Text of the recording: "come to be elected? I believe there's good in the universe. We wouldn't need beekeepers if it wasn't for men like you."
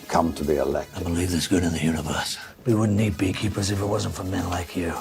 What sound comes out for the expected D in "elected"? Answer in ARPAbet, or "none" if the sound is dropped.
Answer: none